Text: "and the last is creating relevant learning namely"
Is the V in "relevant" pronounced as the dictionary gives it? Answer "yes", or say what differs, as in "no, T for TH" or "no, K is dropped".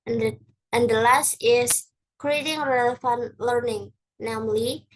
no, F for V